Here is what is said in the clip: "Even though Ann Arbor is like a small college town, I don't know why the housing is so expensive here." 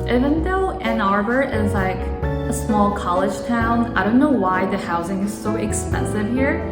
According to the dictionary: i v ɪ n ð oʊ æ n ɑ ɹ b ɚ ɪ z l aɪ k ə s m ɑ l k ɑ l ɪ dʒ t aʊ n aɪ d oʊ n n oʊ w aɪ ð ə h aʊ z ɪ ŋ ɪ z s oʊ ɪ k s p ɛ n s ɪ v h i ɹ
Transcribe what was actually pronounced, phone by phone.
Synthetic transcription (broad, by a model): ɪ v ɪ n ð oʊ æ n ɑ ɹ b ɚ ɪ z l aɪ k ə s m ɑ l k ɑ l ɪ dʒ t aʊ n aɪ d oʊ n n oʊ w aɪ ð ə h aʊ z ɪ ŋ ɪ z s oʊ ɪ k s p ɛ n s ɪ v h i ɹ